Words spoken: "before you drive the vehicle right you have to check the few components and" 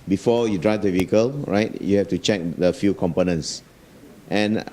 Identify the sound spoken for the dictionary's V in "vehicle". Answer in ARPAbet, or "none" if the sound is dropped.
V